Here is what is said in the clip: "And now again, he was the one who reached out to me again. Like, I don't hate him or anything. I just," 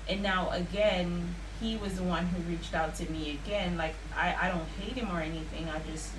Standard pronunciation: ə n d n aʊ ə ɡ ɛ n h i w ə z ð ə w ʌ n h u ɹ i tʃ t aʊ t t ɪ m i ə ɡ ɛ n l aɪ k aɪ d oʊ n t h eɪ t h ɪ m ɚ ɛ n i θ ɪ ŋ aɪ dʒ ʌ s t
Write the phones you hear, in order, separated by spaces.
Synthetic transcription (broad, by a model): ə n n aʊ ə ɡ ɛ n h i w ə z ð ə w ʌ n h u ɹ i tʃ t aʊ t t ɪ m i ə ɡ ɛ n l aɪ k aɪ d oʊ n t h eɪ t h ɪ m ɚ ɛ n i θ ɪ ŋ aɪ dʒ ʌ s t